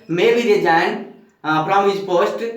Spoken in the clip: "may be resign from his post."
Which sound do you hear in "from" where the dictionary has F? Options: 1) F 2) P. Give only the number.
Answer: 2